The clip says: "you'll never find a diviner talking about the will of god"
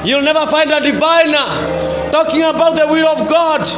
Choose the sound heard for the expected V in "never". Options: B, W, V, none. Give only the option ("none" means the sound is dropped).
V